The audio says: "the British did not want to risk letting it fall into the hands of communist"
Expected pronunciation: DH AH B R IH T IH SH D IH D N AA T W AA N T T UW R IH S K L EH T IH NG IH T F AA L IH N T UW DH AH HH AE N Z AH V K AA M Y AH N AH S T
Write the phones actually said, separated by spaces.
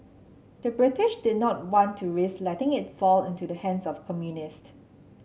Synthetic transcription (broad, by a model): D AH B R IH T IH SH D IH D N AA T W AA N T T UW R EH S L EH T IH NG IH T F AA L IH N T UW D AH HH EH N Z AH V K AA M Y AH N AH S T